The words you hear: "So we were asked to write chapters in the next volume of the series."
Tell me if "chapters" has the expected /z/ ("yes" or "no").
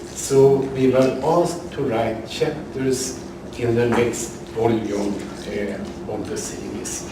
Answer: no